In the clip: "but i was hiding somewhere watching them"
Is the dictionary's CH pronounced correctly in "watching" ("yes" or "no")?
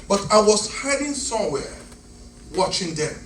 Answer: yes